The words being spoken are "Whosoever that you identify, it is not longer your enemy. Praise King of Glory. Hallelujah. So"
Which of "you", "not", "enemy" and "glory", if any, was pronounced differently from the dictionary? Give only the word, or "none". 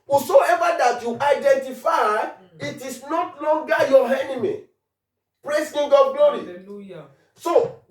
glory